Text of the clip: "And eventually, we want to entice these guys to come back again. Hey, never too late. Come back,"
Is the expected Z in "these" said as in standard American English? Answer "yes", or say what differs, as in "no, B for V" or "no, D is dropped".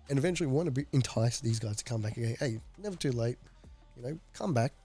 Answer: yes